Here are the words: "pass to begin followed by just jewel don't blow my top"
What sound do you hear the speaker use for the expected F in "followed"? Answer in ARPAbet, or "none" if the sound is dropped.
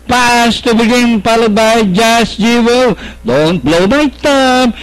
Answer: P